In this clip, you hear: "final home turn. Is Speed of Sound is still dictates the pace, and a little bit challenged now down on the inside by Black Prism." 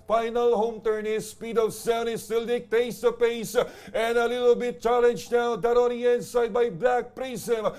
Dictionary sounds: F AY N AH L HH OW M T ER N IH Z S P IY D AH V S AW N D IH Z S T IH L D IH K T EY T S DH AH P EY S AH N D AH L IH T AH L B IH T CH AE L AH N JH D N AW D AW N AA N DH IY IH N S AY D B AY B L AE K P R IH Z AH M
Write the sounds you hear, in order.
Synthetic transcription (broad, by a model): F AY N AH L HH OW M T ER N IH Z S P IY D AH V S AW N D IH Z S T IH L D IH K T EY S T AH P EY S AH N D AH L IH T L B IH T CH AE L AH N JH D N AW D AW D AA N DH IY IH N S AY D B AY B L AE K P R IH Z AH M